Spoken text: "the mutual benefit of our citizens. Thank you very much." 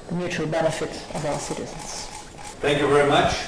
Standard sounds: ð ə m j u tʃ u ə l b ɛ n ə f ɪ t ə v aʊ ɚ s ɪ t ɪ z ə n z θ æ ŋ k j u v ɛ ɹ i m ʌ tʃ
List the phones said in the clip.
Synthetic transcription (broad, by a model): ð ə m j u tʃ u ə l b ɛ n ə f ɪ t ə v aʊ ɚ s ɪ t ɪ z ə n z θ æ ŋ k j u v ɛ ɹ i m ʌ tʃ